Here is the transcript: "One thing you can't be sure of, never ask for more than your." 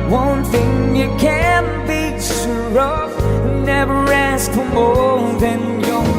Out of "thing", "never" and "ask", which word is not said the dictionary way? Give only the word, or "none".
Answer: none